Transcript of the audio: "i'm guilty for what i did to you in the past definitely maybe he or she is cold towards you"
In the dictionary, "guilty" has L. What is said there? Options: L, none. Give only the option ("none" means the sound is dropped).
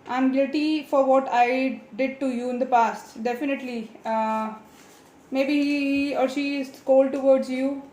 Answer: none